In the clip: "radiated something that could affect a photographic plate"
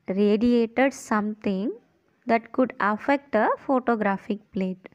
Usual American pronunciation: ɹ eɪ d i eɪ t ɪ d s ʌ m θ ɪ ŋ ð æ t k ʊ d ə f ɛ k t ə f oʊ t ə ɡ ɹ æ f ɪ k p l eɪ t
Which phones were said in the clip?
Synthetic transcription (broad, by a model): ɹ eɪ d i eɪ t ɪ d s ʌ m t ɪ ŋ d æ t k ʊ d ə f ɛ k t ə f oʊ t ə ɡ ɹ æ f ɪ k p l eɪ t